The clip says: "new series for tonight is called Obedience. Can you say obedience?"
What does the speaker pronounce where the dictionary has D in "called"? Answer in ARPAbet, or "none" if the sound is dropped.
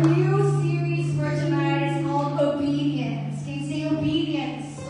none